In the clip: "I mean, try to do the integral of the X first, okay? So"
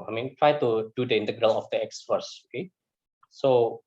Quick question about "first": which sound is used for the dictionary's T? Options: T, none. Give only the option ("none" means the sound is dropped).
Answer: none